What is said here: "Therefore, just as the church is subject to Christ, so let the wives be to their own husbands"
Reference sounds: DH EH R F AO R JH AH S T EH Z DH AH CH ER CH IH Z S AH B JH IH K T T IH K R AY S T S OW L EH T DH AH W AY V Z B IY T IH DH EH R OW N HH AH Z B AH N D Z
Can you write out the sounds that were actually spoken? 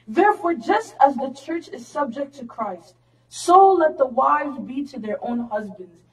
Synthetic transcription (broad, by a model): DH EH R F AO R JH AH S T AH Z DH AH CH ER CH IH Z S AH B JH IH K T T IH K R AY S T S OW L EH T DH AH W AY V Z B IY T IH DH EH R OW N HH AH Z B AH N D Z